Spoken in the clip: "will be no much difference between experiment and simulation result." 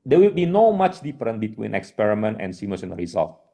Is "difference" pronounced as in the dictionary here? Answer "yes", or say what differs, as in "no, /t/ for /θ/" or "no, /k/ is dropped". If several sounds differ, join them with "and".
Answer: no, /s/ is dropped